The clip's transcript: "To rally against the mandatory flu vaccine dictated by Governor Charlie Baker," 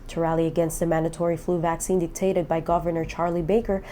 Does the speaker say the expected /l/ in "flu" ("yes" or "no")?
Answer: yes